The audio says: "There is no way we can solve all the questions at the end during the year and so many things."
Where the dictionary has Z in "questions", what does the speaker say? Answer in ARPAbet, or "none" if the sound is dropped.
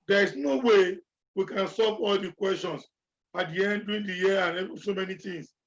S